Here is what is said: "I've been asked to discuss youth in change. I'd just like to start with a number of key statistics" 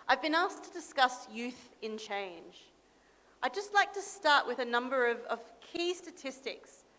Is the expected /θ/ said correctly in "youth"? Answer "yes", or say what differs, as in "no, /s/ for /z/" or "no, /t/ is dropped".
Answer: yes